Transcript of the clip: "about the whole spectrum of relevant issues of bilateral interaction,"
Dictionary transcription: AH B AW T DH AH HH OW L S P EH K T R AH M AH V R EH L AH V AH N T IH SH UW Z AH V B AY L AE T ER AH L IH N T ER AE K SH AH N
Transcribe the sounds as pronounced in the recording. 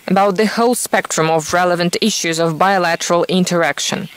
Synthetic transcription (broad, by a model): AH B AW T DH AH HH OW L S P EH K T R AH M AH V R EH L AH V AH N T IH SH UW Z AH V B AY L AE T ER AH L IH N T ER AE K SH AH N